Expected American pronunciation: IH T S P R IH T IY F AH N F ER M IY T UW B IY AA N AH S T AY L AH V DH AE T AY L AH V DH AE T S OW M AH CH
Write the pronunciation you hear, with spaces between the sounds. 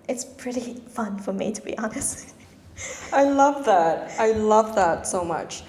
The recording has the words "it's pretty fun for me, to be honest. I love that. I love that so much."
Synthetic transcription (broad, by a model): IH T S P R IH T IY F AH N F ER M IY T UW B IY AA N AH S T AY L AH V DH AE T AY L AH V DH AE T S OW M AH CH